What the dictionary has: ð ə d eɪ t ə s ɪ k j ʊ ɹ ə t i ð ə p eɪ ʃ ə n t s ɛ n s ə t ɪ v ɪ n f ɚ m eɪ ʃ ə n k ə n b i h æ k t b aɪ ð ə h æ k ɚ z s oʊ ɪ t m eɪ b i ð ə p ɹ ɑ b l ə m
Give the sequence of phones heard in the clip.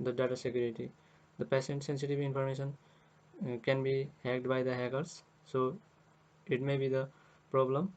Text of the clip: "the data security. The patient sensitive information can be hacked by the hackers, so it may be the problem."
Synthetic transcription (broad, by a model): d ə d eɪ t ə s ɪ k j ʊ ɹ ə t i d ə p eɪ s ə n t s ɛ n s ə t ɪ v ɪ n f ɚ m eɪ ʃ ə n k ə n b i h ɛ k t b aɪ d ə h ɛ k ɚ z s oʊ ɪ t m eɪ b i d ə p ɹ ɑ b l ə m